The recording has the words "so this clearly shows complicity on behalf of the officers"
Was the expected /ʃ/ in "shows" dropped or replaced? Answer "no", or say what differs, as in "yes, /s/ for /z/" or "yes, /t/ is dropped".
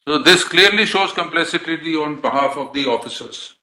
no